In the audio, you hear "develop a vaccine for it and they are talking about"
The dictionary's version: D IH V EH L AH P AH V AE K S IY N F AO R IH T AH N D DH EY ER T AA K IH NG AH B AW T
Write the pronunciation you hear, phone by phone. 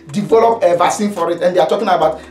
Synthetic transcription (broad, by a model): D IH V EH L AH P AH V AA S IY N F AO R IH T AH N D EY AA T AA K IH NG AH B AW T